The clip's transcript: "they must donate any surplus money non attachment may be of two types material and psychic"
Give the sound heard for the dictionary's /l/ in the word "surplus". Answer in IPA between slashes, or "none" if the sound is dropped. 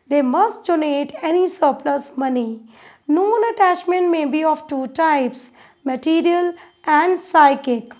/l/